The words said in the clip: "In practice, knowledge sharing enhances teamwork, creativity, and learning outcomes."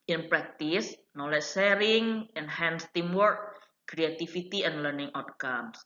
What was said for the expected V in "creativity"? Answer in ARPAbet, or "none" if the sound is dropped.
F